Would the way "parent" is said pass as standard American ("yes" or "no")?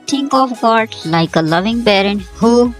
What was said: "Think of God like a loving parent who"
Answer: no